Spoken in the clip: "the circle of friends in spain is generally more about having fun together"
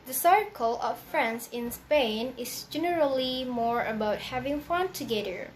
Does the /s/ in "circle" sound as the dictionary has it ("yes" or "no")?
yes